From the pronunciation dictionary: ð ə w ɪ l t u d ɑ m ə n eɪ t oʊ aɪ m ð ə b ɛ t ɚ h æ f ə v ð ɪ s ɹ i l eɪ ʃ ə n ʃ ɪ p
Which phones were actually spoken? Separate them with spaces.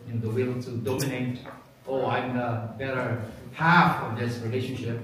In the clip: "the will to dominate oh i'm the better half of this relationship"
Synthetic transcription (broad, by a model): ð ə w ɪ l t u d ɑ m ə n eɪ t oʊ aɪ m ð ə b ɛ t ɚ h æ f ə v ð ɪ s ɹ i l eɪ ʃ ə n ʃ ɪ p